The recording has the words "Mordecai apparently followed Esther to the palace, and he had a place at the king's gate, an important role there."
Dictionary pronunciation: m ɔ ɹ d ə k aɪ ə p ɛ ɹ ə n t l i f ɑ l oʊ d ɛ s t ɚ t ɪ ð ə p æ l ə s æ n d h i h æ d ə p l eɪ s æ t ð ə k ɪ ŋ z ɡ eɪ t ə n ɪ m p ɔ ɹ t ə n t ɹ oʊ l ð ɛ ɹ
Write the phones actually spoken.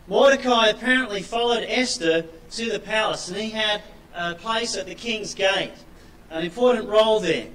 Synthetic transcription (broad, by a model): m ɔ ɹ d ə k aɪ ə p ɛ ɹ ə n t l i f ɑ l oʊ d ɛ s t ɚ t ɪ ð ə p æ l ə s n i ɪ d ə p l eɪ s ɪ t ð ə k ɪ ŋ z ɡ eɪ t ə n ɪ m p ɔ ɹ t n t ɹ oʊ l ð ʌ ɹ